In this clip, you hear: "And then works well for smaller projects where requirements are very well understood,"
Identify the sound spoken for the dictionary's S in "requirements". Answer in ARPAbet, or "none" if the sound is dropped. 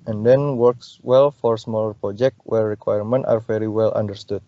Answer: none